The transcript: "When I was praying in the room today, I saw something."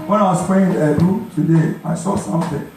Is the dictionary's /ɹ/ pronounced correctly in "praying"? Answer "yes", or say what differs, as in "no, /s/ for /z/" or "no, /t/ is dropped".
no, /ɹ/ is dropped